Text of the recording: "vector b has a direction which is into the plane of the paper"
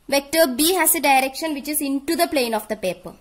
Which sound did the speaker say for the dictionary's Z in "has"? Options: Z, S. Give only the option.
S